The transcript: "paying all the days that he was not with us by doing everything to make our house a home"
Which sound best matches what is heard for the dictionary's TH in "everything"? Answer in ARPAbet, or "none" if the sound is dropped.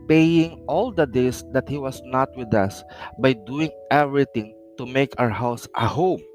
T